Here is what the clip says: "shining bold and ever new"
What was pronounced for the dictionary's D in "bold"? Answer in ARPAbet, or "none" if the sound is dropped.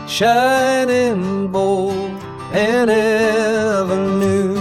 none